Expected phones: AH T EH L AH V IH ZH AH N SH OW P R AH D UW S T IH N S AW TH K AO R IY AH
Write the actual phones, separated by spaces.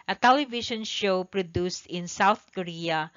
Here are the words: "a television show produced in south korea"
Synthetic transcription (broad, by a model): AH T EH L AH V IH SH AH N SH OW P R AH D UW S T IH N S AW TH K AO R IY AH